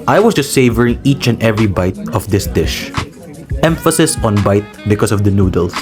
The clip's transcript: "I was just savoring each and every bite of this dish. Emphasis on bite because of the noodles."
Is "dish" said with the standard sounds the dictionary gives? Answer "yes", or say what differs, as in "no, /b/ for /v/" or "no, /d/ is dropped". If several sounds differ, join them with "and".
yes